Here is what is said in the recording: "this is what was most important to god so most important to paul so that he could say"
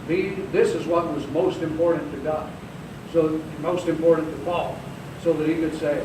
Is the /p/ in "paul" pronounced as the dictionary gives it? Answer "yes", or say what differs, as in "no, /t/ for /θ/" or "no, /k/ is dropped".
no, /f/ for /p/